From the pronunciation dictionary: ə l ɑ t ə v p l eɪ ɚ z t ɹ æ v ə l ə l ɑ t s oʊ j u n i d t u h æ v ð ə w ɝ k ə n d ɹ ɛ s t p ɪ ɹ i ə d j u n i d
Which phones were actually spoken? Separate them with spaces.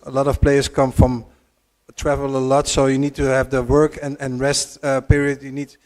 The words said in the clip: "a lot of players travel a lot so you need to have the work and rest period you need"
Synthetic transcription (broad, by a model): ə l ɑ t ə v p l eɪ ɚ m t ɹ æ v ə l ə l ɑ t s oʊ j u n i d t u h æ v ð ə w ɝ k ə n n ɹ ɛ s t p ɪ ɹ i ə d j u n i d